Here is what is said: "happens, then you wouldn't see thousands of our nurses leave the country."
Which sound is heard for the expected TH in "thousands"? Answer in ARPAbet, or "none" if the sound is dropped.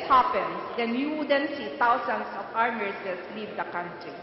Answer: T